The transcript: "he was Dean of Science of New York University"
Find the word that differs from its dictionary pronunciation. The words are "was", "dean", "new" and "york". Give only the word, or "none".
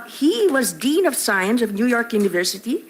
none